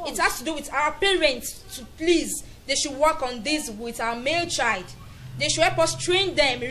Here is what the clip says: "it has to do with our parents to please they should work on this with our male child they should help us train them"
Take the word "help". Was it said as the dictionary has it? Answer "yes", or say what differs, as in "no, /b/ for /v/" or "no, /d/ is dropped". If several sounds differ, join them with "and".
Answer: no, /l/ is dropped